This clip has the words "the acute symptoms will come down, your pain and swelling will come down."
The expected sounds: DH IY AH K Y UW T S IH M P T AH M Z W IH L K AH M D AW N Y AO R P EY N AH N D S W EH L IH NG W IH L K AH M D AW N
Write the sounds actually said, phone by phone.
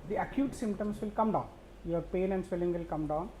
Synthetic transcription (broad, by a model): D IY AH K Y UW T S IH M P T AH M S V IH L K AH M D AW N Y AO R P EY N AH N D S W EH L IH NG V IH L K AH M D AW N